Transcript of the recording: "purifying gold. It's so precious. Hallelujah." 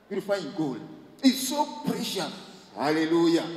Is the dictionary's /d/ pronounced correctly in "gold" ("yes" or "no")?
no